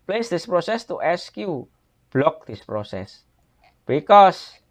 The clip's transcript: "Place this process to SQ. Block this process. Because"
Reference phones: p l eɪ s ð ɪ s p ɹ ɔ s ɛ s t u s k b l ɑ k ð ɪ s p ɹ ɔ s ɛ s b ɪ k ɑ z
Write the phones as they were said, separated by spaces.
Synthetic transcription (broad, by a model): p l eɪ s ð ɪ s p ɹ ɔ s ɛ s t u s k b l ɑ k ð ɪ s p ɹ ɔ s ɛ s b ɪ k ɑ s